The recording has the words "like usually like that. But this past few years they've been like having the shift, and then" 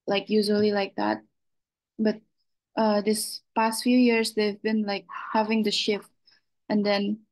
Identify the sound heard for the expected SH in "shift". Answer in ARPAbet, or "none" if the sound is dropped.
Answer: SH